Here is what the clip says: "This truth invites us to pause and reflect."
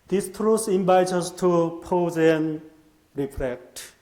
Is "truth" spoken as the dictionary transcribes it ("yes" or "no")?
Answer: no